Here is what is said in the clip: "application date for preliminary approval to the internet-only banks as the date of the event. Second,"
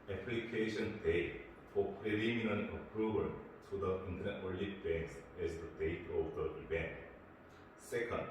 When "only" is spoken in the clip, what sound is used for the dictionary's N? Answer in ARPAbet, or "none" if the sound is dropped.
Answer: none